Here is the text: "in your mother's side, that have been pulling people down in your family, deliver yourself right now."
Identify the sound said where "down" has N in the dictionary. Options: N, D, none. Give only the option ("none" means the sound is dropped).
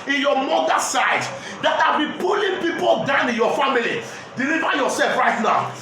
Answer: N